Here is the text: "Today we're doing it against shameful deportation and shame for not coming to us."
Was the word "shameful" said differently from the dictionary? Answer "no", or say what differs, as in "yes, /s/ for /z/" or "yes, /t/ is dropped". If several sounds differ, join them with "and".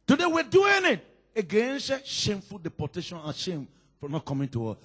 no